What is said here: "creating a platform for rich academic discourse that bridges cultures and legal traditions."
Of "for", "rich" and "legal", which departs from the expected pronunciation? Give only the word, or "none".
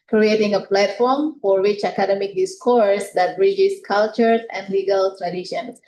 rich